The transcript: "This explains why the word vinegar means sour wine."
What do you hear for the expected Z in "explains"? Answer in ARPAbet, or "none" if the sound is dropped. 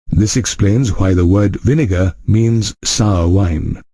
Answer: Z